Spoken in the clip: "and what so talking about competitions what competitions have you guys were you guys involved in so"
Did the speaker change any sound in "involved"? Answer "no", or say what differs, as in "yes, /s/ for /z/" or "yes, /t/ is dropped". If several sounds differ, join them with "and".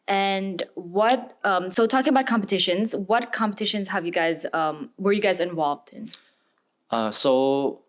no